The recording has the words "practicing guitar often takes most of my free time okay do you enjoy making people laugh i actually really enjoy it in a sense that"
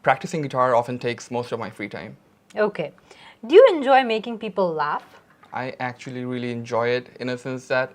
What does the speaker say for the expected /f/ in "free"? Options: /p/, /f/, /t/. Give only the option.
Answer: /f/